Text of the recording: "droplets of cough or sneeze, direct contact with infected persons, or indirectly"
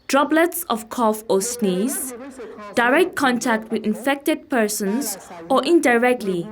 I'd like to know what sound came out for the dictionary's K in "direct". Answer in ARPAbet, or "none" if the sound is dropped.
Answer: K